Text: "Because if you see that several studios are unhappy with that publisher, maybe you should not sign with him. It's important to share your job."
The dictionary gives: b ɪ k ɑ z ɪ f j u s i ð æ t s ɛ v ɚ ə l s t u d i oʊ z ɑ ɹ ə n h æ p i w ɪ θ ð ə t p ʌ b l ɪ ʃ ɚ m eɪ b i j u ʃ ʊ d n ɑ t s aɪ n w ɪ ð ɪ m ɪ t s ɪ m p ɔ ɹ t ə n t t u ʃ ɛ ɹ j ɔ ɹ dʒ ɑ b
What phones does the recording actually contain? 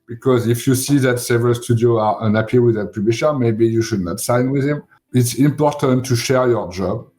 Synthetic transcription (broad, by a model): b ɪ k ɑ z ɪ f j u s i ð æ t s ɛ v ɚ ə l s t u d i oʊ ɑ ɹ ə n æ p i w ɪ ð ə t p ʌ b l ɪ ʃ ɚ m eɪ b i j u ʃ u d n ɑ t s aɪ n w ɪ ð ɪ m ɪ t s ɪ m p ɔ ɹ t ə n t t u ʃ ɛ ɹ j ɔ ɹ dʒ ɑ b